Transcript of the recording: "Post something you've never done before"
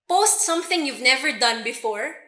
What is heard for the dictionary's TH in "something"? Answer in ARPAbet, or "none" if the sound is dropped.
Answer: TH